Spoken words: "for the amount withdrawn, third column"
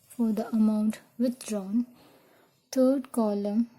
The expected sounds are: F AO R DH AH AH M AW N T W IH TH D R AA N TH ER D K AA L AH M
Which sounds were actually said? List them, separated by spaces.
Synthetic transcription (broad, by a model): F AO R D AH AH M AW N T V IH T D R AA N T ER D K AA L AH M